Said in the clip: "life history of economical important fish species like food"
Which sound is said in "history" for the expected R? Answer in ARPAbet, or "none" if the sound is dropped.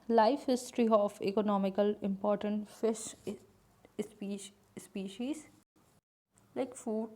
R